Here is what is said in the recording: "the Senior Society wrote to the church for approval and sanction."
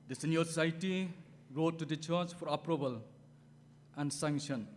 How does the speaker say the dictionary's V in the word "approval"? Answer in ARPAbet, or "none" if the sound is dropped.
B